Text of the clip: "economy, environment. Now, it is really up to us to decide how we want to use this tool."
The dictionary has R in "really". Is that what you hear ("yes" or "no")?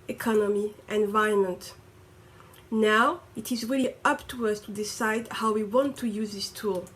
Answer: yes